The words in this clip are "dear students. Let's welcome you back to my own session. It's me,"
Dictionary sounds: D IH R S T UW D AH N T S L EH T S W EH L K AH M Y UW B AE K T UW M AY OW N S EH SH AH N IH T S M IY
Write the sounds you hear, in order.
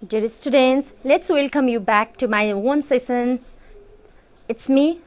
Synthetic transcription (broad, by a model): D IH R S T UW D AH N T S L EH T S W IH L K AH M Y UW B AE K T UW M AY OW N S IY S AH N IH T S M IY